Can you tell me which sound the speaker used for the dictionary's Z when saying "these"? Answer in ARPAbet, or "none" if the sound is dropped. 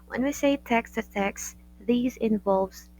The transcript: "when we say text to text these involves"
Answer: Z